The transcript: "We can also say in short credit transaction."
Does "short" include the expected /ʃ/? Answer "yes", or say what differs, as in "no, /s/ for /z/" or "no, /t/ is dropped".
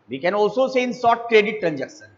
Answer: no, /s/ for /ʃ/